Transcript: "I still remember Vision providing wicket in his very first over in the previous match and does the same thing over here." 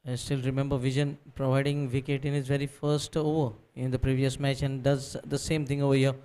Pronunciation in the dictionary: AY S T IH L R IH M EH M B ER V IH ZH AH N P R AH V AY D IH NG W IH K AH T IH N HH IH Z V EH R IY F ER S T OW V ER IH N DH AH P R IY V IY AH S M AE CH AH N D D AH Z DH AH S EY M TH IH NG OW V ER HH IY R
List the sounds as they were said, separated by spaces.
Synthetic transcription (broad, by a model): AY S T IH L R IH M EH M B ER V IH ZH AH N P R AH V AY D IH NG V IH K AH T IH N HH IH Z V EH R IY F ER S T OW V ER IH N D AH P R IY V IY AH S M AE CH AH N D D AH Z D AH S EY M T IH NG OW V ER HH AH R